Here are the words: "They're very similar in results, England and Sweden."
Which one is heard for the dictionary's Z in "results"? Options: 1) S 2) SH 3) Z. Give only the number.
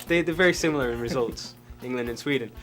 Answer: 3